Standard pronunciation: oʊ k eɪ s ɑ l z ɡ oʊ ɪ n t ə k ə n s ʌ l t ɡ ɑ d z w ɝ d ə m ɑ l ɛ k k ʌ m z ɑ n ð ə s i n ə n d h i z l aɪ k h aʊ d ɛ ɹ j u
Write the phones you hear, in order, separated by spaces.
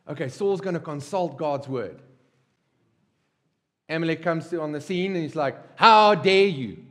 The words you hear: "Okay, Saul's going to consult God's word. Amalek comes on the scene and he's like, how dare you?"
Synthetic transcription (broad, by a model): oʊ k eɪ s ɑ l z ɡ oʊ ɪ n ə k ə n s ʌ l t ɡ ɑ d z w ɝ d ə m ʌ l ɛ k k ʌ m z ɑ n ð ə s i n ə n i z l aɪ k h aʊ d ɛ j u